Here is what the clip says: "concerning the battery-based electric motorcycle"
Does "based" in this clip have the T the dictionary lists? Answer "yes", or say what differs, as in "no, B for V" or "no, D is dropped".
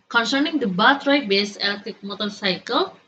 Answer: no, T is dropped